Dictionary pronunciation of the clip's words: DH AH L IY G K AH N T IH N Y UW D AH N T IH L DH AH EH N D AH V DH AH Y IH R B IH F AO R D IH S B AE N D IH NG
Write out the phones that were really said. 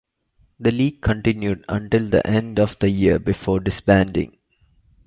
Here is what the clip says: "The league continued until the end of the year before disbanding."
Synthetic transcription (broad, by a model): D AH L IY G K AH N T IH N Y UW D AH N T IH L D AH EH N D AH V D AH Y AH R B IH F AO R D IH S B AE N D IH NG